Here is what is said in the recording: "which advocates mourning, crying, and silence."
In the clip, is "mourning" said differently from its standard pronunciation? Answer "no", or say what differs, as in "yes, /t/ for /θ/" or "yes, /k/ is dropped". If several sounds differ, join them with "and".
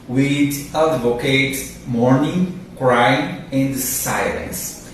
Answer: no